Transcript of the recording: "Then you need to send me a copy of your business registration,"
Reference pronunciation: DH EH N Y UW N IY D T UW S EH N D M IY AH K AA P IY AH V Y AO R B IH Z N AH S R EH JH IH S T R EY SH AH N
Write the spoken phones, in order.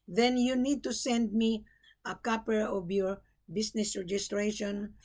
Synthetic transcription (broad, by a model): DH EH N Y UW N IY D T UW S EH N D M IY AH K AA P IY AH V Y AO R B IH S N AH S R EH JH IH S T R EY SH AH N